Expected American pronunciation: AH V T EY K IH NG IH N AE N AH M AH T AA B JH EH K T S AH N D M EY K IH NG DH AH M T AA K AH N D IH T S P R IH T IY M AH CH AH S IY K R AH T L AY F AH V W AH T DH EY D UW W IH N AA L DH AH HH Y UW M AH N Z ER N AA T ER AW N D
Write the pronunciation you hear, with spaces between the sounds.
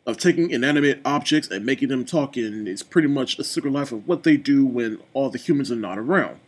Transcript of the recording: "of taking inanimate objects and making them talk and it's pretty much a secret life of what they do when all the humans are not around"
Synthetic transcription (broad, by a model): AH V T EY K IH NG IH N AE N AH M AH T AA B JH EH K T S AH N M EY K IH NG DH AH M T AA K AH N IH T S P R IH T IY M AH CH AH S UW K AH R L AY F AH V W AH T DH EY D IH W IH N AA L DH AH HH Y UW M AH N Z ER N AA T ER AW N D